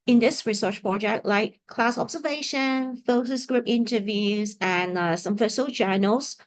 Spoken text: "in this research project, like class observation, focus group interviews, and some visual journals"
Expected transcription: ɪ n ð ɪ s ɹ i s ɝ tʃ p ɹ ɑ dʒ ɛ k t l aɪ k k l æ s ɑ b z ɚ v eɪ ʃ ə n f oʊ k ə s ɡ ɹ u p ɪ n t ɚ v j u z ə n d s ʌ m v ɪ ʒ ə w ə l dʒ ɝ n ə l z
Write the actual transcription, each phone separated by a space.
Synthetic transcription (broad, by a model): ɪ n ð ɪ s ɹ i s ɝ tʃ p ɹ ɑ dʒ ɛ k t l aɪ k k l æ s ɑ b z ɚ v eɪ ʃ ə n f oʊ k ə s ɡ ɹ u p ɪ n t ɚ v j u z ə n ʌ s ʌ m f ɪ s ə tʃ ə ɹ n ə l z